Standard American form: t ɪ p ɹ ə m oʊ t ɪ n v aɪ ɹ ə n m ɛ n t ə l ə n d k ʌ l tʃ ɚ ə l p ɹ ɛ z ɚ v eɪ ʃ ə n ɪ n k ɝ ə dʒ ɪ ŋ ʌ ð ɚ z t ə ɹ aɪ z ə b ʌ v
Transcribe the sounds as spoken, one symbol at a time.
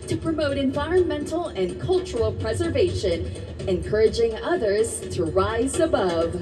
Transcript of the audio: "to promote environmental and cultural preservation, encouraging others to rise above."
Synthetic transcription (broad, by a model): t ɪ p ɹ ə m oʊ t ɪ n v aɪ ɹ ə n m ɛ n t l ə n k ʌ l tʃ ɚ l p ɹ ɛ z ɚ v eɪ ʃ ə n ɪ n k ɝ ə dʒ ɪ ŋ ʌ ð ɚ z t ə ɹ aɪ z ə b ʌ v